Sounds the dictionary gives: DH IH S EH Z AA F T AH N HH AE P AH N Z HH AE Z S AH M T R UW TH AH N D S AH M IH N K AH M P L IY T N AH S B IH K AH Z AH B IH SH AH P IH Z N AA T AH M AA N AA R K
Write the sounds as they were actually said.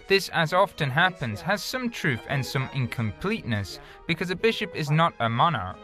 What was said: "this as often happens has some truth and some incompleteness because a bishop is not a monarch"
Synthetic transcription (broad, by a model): DH IH S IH Z AA F T AH N HH AE P AH N Z HH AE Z S AH M T R UW TH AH N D S AH M IH N K AH M P L IY T N AH S B IH K AH Z AH B IH SH AH P IH Z N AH T AH M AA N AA R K